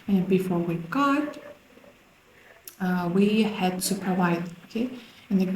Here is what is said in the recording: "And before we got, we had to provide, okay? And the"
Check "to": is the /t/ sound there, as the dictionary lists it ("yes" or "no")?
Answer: no